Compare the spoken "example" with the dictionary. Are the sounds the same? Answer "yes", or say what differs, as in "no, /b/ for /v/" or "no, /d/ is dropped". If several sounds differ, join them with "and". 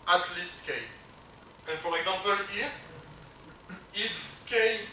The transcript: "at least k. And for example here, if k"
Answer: no, /m/ is dropped